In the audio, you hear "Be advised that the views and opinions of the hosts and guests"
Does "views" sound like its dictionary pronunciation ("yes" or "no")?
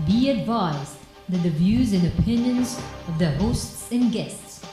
yes